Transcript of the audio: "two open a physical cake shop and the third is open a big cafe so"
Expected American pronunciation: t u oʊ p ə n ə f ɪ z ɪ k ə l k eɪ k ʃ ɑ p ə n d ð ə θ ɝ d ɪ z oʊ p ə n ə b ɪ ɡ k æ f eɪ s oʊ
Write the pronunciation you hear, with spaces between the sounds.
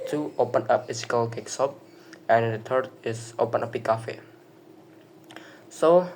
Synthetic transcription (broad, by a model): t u oʊ p ə n ə p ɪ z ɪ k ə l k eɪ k s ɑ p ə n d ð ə t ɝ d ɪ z oʊ p ə n ə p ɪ k æ f eɪ s oʊ